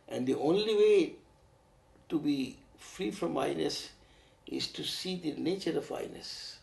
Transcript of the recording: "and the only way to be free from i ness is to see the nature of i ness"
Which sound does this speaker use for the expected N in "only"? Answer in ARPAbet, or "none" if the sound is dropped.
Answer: N